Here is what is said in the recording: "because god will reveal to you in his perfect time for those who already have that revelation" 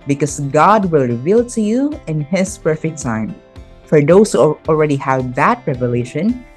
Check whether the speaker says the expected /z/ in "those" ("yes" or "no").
no